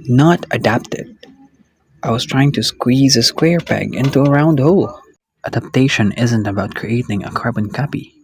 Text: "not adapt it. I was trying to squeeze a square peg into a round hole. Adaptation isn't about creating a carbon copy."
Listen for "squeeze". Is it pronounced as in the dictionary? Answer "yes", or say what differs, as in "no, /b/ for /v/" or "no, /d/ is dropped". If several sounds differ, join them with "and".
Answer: yes